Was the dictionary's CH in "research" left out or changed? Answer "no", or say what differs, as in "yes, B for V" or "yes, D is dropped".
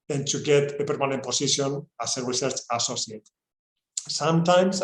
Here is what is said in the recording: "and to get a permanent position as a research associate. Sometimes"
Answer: no